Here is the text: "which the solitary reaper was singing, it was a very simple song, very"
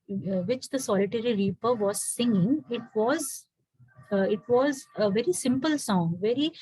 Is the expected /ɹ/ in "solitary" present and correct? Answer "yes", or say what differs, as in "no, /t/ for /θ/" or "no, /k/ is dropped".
yes